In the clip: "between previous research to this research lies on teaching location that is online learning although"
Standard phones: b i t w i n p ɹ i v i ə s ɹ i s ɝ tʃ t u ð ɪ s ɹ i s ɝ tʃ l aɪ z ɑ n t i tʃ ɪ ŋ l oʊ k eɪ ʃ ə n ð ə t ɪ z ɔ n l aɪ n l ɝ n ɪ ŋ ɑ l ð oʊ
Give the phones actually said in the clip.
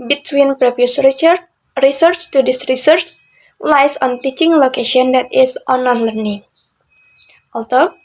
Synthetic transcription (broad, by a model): b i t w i n p ɹ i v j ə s ɹ i s ɝ tʃ t u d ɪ s ɹ i s ɝ tʃ l aɪ s ɑ n t i tʃ ɪ ŋ l oʊ k eɪ ʃ ə n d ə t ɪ s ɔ n aɪ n l ɝ n ɪ ŋ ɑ l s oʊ